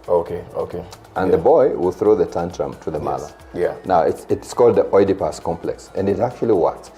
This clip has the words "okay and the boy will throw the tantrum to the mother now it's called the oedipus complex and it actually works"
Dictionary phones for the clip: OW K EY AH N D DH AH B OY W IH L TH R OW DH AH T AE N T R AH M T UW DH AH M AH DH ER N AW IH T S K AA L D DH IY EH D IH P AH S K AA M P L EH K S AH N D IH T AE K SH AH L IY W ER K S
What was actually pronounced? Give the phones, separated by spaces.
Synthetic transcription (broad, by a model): OW K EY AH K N DH AH B OY W IH L TH R OW DH AH T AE N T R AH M T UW DH AH M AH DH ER N AW IH T S K AA L D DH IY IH D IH P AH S K AA M P L EH K S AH N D IH T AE K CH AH L IY W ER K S